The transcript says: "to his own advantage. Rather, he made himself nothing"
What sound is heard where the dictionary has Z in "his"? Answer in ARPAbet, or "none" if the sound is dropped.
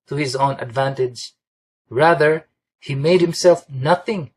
Z